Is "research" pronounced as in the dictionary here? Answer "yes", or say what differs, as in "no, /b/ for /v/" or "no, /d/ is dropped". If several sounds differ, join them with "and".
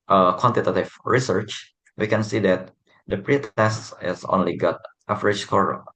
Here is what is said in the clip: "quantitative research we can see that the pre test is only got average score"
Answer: yes